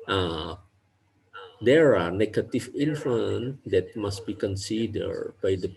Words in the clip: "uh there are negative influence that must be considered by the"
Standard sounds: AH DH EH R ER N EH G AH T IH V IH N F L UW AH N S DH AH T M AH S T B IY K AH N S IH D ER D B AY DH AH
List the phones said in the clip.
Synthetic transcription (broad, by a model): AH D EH R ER N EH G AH T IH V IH L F UW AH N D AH T M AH S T B IY K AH N S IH D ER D B AY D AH